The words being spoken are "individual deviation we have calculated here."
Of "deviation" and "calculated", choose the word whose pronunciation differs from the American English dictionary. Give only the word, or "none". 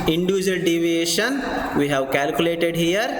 none